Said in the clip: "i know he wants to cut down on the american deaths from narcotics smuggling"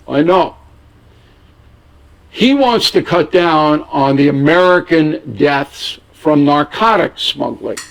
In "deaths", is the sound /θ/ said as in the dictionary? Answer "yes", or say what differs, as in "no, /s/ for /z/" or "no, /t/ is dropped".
yes